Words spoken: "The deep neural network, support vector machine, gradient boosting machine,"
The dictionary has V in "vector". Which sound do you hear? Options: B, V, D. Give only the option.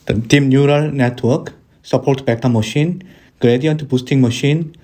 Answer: B